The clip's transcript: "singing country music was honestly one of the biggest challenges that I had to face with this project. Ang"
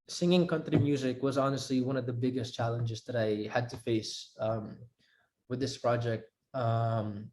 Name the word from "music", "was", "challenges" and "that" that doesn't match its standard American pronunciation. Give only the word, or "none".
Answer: none